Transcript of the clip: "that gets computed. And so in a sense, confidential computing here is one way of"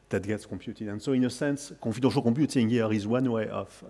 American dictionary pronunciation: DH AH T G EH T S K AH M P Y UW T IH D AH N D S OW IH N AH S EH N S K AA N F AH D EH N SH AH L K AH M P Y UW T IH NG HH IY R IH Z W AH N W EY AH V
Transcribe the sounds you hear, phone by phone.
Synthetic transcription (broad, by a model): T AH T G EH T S K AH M P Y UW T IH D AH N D S OW IH N AH S EH N S K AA F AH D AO SH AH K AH P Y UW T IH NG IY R IH Z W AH N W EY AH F